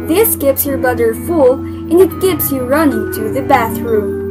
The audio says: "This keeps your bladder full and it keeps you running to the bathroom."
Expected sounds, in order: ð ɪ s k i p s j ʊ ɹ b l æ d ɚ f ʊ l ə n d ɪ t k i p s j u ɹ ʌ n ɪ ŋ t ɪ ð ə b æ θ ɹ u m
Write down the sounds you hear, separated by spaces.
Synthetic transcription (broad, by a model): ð ɪ s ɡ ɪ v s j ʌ ɹ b ʌ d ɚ f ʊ l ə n ɪ t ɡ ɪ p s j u ɹ ʌ n ɪ ŋ t ɪ ð ə b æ θ ɹ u m